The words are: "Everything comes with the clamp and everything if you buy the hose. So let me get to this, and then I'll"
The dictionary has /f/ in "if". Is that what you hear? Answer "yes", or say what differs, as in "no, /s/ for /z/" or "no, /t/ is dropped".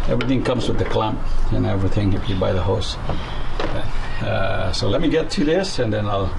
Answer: no, /p/ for /f/